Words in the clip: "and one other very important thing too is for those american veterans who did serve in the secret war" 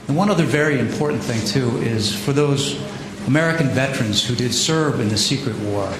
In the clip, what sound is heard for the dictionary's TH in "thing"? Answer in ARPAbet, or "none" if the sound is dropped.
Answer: TH